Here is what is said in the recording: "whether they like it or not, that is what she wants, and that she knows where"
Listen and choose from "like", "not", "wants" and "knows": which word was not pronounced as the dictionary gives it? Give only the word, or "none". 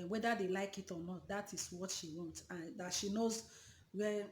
wants